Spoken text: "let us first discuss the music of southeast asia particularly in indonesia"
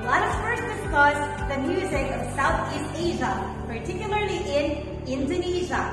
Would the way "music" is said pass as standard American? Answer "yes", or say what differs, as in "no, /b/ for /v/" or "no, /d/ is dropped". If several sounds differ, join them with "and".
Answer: yes